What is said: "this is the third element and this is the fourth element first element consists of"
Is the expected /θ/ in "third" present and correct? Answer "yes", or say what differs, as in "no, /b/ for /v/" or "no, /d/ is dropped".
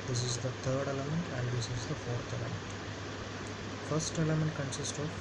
no, /t/ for /θ/